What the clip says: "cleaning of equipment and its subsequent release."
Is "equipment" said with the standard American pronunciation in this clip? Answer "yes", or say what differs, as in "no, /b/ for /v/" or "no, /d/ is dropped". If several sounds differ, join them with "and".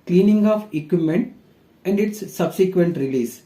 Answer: no, /p/ is dropped